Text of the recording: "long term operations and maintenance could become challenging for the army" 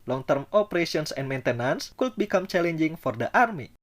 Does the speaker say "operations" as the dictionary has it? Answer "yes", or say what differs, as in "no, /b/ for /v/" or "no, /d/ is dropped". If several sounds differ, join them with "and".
no, /s/ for /z/